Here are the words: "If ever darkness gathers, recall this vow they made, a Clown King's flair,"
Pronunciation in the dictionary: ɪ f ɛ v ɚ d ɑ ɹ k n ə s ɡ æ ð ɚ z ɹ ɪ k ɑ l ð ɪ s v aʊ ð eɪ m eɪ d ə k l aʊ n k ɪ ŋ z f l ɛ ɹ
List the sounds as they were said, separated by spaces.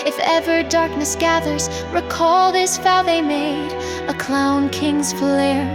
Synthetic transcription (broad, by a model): ɪ f ɛ v ɚ d ɑ ɹ k n ə s ɡ æ ð ɚ z ɹ ɪ k ɑ l ð ɪ s f aʊ ð eɪ m eɪ d ə k l aʊ n k ɪ ŋ z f l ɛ ɹ